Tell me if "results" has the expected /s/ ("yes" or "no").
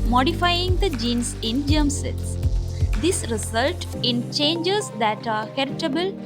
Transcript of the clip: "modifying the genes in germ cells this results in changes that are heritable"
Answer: no